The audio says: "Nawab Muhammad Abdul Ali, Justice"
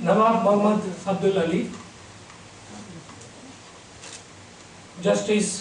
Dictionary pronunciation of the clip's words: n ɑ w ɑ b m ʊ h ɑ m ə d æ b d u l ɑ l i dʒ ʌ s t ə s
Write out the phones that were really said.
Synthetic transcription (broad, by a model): n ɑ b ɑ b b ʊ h m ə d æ d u l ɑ l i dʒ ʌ s t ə s